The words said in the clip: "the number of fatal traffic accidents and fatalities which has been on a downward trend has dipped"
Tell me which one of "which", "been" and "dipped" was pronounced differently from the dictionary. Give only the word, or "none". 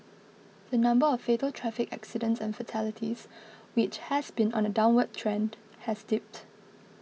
none